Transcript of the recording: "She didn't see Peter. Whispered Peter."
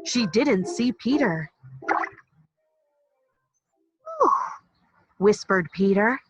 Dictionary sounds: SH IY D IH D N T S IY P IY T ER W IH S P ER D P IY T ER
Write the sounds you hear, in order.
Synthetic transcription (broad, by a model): SH IY D IH D N T S IY P IY T ER W IH S P ER D P IY T ER